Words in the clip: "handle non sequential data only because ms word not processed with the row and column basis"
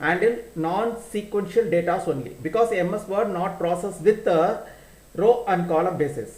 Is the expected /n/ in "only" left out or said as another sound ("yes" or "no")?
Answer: no